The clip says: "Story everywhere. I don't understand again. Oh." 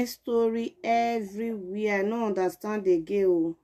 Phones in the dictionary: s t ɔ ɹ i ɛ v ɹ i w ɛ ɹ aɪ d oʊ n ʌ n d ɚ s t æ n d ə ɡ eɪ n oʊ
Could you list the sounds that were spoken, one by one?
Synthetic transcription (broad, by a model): s t ɔ ɹ i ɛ v ɹ i w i aɪ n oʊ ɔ n d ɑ s t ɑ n d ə ɡ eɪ oʊ